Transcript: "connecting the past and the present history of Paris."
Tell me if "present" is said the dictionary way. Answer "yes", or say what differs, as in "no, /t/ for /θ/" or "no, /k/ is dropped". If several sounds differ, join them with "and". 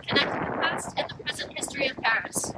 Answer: yes